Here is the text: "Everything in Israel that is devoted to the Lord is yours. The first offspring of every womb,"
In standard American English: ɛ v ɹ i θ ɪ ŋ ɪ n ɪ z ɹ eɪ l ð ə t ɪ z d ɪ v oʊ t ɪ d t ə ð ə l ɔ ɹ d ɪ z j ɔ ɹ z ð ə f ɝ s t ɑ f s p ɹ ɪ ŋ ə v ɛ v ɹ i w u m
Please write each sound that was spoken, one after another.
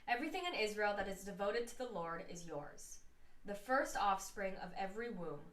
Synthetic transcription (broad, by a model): ɛ v ɹ i θ ɪ ŋ ɪ n ɪ z ɹ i l ð ə t ɪ z d ɪ v oʊ t ɪ d t ə ð ə l ɔ ɹ d ɪ z j ɔ ɹ z ð ə f ɝ s t ɑ f s p ɹ ɪ ŋ ə v ɛ v ɹ i w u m